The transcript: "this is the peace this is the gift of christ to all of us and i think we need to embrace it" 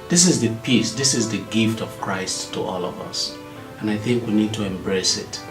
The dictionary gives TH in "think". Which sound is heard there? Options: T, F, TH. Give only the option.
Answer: TH